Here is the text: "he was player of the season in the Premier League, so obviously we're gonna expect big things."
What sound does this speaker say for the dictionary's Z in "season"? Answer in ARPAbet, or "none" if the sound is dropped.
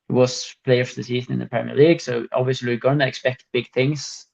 Z